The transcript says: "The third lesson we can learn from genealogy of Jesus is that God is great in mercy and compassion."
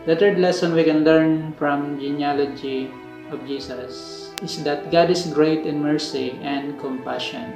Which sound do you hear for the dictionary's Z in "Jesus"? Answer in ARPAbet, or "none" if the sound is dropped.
S